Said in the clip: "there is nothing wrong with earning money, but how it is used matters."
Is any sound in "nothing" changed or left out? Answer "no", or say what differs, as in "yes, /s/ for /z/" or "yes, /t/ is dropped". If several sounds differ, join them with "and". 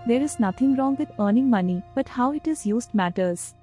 yes, /t/ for /θ/